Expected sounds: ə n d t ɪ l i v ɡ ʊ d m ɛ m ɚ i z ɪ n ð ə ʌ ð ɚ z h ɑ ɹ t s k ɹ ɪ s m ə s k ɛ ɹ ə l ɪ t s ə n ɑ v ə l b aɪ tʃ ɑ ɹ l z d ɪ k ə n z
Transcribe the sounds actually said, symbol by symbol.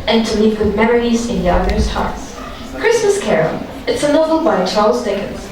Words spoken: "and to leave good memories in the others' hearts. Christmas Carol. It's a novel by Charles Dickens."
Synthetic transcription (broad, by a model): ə n t ɪ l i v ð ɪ m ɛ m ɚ i z ɪ n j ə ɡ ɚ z h ɑ ɹ t s k ɹ ɪ s m ə s k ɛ ɹ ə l ɪ t s ə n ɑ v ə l b aɪ tʃ ɑ ɹ l z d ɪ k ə n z